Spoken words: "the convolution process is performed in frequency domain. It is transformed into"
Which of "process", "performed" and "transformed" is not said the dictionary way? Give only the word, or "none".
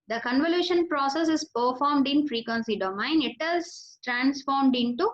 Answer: none